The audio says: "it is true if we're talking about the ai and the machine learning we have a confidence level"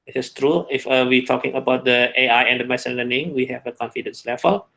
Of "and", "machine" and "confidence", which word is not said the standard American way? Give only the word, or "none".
machine